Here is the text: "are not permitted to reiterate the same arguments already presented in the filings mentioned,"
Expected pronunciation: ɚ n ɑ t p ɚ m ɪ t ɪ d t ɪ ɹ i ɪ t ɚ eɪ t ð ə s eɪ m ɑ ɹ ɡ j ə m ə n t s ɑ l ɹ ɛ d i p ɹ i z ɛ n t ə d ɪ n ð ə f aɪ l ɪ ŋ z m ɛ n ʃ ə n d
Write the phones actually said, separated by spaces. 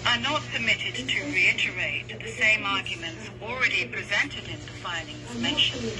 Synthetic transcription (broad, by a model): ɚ n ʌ t p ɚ m ɪ t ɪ d t ɪ ɹ i ɪ t ɚ eɪ t ð ə s eɪ m ɑ ɹ ɡ j ə m ə n t s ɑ l ɹ ɛ d i p ɹ i z ɛ n t ə d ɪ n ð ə f aɪ l ɪ ŋ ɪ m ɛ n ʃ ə n